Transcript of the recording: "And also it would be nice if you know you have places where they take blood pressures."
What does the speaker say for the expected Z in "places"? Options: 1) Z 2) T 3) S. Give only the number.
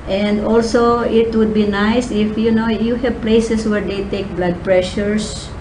3